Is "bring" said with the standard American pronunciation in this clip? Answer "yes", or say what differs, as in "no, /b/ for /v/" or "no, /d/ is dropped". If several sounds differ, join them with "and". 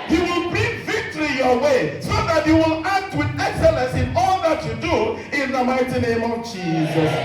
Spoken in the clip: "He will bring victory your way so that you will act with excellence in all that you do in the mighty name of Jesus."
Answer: no, /ɹ/ is dropped